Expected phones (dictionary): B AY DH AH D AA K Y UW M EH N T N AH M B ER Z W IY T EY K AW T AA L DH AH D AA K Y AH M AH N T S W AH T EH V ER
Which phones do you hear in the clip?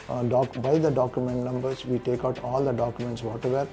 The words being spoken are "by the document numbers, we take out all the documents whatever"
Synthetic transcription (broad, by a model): B AY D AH D AA K Y UW M EH N T N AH M B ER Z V IY T EY K AW T AA L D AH D AA K Y AH M AH N T S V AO T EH V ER